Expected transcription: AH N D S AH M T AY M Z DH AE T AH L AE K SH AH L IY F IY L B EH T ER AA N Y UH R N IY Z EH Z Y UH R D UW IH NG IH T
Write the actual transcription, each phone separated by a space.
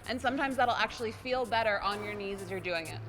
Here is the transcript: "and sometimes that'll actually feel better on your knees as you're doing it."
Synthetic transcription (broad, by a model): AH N S AH M T AY M Z DH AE T L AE K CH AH L IY F IY L B EH T ER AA N Y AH R N IY Z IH Z Y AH R D UW IH NG IH T